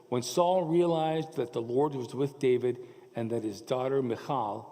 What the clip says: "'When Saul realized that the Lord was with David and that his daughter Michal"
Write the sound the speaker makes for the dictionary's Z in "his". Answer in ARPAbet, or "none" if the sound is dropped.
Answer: Z